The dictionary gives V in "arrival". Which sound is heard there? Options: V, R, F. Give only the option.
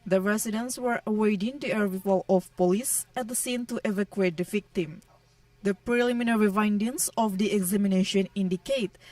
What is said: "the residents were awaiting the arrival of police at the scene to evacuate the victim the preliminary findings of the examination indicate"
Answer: F